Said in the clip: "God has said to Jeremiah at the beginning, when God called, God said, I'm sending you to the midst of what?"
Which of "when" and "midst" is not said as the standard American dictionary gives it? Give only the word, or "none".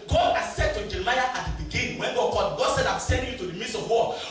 midst